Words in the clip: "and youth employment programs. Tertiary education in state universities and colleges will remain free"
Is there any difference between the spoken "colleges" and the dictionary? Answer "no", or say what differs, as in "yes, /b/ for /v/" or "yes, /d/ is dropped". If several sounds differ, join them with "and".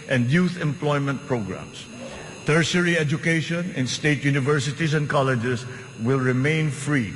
yes, /s/ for /z/